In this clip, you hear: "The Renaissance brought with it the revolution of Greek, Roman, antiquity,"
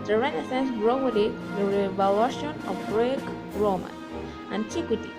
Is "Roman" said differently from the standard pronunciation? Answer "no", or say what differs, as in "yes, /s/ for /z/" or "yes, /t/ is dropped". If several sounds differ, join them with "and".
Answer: yes, /n/ is dropped